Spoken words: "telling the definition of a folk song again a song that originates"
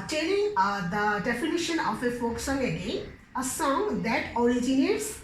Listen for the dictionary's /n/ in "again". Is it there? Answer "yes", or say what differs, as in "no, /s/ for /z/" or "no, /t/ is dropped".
no, /n/ is dropped